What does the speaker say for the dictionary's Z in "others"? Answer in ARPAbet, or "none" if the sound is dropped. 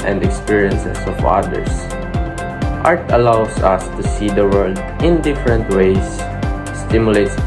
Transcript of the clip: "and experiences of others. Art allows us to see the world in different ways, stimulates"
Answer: S